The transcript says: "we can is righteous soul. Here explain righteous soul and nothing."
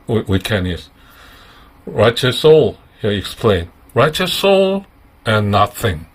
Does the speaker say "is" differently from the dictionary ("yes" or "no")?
yes